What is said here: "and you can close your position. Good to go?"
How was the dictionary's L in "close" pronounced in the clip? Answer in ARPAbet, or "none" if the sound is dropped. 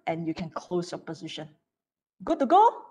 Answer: L